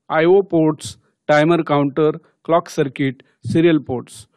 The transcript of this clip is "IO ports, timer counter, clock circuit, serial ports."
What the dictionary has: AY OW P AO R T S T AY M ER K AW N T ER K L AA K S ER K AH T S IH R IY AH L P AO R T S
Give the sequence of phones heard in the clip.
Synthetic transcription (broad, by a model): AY OW P AO R T S T AY M ER K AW N T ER K L AA K S ER K AH T S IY R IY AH L P AO R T S